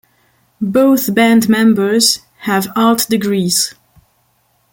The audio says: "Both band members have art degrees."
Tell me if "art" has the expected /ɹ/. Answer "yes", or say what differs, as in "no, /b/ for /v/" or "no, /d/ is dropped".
no, /l/ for /ɹ/